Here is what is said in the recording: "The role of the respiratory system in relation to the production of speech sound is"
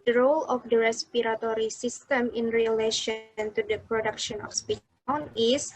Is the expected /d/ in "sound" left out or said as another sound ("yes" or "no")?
yes